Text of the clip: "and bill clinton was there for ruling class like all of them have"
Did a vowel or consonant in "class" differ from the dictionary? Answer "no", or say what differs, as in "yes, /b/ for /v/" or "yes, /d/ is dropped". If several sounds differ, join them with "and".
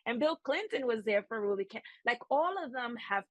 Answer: yes, /l/ is dropped